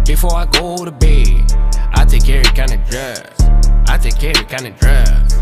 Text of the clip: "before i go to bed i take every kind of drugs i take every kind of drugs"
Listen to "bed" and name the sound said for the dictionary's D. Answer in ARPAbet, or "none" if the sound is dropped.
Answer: none